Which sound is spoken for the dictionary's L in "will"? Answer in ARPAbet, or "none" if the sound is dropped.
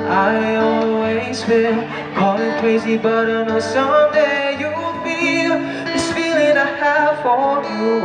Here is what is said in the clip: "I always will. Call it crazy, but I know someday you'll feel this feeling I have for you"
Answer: N